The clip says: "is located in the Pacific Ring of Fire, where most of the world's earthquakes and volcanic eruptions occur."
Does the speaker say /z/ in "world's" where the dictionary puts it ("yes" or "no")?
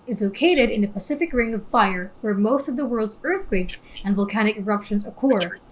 yes